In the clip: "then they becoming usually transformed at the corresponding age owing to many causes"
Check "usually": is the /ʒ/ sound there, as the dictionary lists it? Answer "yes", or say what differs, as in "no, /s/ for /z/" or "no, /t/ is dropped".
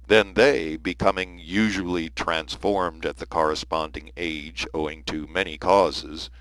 yes